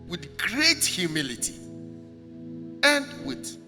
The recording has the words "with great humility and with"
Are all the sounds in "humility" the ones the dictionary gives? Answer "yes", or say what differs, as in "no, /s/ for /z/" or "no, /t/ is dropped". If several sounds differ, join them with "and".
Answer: yes